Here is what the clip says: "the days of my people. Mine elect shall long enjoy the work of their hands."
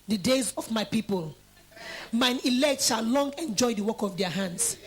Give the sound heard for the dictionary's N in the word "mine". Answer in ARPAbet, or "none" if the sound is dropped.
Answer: N